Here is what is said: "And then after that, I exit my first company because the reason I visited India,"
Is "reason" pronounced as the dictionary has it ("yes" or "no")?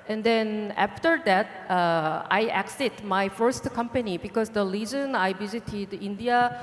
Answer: no